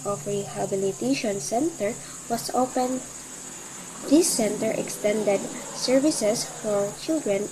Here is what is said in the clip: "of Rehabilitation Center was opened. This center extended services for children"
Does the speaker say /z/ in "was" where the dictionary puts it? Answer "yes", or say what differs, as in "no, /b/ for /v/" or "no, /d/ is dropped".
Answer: no, /s/ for /z/